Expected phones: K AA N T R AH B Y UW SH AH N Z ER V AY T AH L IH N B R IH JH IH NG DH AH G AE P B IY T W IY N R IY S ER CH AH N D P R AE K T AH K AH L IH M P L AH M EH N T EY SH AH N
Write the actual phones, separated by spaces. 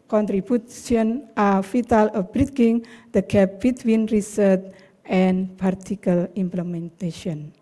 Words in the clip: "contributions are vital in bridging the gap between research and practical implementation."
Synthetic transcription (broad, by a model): K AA N T R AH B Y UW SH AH N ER F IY T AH L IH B R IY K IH NG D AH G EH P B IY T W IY N R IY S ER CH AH N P AA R T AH K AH L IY M P L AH M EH N T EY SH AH N